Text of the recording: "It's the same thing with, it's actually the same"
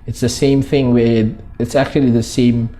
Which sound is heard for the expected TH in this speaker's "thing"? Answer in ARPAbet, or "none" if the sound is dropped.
TH